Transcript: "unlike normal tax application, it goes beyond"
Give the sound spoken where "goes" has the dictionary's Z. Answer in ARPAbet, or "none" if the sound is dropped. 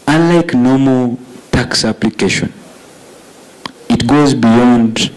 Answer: Z